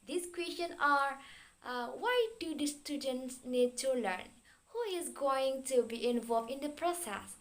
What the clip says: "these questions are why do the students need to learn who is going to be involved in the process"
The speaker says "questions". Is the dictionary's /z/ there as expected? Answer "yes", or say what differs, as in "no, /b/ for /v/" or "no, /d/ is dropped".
no, /z/ is dropped